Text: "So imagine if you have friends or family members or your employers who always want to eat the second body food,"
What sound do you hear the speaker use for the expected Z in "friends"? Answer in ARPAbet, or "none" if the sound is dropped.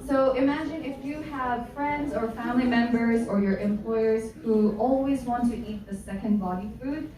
Z